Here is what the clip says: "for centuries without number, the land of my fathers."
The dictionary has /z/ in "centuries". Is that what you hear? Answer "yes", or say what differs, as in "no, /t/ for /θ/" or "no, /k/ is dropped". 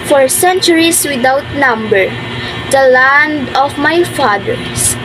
no, /s/ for /z/